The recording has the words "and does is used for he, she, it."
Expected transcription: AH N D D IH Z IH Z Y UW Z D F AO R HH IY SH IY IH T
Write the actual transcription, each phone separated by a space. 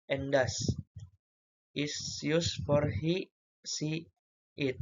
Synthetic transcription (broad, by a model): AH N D D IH S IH S Y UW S F AO R HH IY S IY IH T